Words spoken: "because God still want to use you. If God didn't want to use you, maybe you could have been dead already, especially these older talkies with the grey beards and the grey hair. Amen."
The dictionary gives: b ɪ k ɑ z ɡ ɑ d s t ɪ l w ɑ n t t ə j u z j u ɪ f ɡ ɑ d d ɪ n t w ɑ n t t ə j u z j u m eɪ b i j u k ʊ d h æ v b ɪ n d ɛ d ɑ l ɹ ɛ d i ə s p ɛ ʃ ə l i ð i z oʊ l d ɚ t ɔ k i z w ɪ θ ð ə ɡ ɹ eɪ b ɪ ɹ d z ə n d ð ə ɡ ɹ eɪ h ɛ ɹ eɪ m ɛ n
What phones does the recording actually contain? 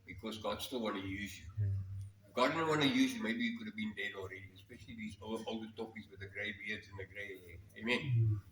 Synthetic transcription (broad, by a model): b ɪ k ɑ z ɡ ɑ d s t ɪ l w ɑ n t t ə j u z j u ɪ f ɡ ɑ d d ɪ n w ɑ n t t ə j u z j u m eɪ b i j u k ʊ d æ v b ɪ n d ɛ d ɑ l ɹ ɛ d i ə s p ɛ ʃ ə l i ð i z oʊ l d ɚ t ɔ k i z w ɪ ð ə ɡ ɹ eɪ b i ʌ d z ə n ð ə ɡ ɹ eɪ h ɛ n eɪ m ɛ n